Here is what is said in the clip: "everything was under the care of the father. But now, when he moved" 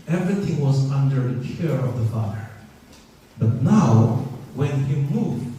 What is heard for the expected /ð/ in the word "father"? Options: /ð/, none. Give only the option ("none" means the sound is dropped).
none